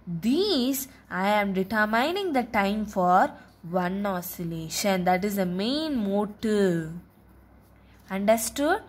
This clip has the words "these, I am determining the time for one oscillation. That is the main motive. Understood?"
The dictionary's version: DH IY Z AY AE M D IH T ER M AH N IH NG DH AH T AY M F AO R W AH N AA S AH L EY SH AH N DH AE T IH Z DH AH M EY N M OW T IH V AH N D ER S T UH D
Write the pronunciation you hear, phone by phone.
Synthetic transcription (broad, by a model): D IY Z AY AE M D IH T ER M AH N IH NG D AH T AY M F AO R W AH N AA S AH L EY SH AH N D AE T IH Z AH M EY N M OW T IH AH N D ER S T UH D